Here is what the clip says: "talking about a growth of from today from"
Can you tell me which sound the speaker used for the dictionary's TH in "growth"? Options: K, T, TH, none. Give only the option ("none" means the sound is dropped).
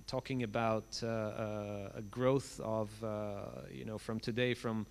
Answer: TH